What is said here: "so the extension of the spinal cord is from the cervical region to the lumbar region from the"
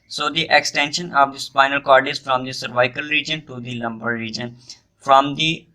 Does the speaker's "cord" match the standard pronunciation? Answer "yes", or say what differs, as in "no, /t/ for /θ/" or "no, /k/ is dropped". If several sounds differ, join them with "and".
yes